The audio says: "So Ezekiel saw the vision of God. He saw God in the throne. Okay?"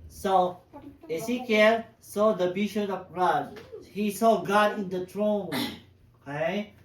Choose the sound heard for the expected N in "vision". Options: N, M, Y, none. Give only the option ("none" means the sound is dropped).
none